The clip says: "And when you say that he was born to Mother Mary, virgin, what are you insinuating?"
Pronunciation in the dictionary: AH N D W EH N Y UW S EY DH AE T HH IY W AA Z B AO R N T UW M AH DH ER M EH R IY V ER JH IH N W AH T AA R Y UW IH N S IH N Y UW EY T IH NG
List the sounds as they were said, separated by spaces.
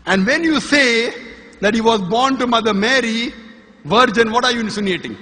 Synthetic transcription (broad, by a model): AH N D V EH N Y UW S EY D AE T HH IY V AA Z B AO R N T UW M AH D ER M EH R IY V ER JH IH N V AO T AA R Y UW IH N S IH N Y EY T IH NG